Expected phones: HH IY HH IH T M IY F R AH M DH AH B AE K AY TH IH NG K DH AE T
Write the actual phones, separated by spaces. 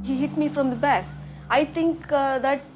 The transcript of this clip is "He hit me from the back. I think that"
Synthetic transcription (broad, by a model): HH IY HH IH T M IY F R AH M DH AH B AE K AY T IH NG K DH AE T